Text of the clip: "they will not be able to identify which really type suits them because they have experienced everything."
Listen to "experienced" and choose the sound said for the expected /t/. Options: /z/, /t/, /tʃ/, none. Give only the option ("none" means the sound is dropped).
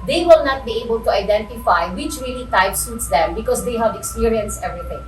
none